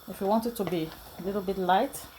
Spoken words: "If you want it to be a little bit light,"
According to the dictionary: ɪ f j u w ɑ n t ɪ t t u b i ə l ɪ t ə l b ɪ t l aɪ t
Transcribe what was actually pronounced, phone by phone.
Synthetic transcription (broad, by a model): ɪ f j u w ɑ n t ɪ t t u b i ə l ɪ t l b ɪ t l aɪ t